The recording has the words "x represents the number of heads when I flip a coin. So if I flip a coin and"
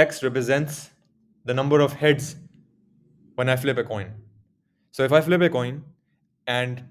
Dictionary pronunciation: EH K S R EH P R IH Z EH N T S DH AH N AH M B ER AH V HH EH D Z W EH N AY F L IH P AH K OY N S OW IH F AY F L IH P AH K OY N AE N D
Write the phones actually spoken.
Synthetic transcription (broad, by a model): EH K S R EH P R IH Z EH N T S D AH N AH M B ER AH V HH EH D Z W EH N AY F L IH P AH K OY N S OW IH F AY F L IH P AH K OY N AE N D